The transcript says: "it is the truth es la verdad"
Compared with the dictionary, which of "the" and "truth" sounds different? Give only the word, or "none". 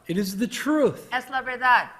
none